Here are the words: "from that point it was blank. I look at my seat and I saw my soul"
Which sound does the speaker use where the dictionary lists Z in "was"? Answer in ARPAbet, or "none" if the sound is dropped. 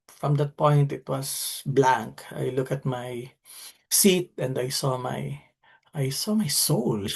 S